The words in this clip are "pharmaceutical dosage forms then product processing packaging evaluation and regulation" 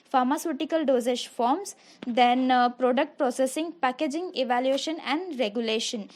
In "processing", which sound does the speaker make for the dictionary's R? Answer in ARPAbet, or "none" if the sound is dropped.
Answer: R